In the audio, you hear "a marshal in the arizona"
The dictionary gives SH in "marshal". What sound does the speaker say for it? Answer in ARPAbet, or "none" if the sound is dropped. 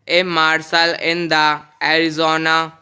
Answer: S